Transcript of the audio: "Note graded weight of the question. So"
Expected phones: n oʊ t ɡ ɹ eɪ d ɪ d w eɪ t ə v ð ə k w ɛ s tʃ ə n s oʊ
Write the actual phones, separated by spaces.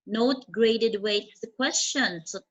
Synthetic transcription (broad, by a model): n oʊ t ɡ ɹ eɪ d ɪ d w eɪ ə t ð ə k w ɛ s tʃ ə n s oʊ